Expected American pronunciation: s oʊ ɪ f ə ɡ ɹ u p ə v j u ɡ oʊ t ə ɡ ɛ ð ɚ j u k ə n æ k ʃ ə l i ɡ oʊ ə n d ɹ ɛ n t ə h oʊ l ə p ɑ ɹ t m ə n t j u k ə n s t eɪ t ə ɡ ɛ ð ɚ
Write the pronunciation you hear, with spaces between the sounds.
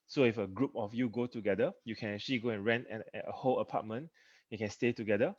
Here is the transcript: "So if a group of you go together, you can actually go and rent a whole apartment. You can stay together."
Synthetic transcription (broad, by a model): s oʊ ɪ f ə ɡ ɹ u p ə f j u ɡ oʊ t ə ɡ ɛ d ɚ j u k ə n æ k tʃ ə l i ɡ oʊ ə n ɹ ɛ n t ə h oʊ l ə p ɑ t m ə n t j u k ə n s t eɪ t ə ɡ ɛ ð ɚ